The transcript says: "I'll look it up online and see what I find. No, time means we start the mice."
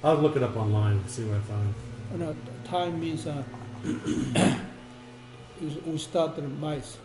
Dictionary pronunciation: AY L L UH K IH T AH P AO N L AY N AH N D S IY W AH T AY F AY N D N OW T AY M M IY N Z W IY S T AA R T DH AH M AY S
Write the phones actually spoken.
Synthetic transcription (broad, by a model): AY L L UH K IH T AH P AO N L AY AH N S IY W AY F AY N N OW T AY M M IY N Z W IY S T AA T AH M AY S